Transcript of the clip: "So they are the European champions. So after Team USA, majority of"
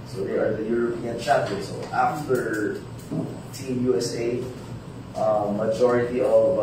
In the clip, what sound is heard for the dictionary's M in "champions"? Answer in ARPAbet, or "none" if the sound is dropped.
none